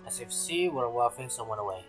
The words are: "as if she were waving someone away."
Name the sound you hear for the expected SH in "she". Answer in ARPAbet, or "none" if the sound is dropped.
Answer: S